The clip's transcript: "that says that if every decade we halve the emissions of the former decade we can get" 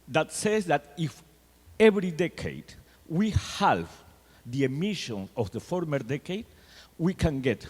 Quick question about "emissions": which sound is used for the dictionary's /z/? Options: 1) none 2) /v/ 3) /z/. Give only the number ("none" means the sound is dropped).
1